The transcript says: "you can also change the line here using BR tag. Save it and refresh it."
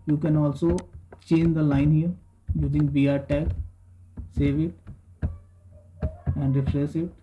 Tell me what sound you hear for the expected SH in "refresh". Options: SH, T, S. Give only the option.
S